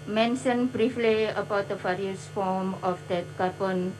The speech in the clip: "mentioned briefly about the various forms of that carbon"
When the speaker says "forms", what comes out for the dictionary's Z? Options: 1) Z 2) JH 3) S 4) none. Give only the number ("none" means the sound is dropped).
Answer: 4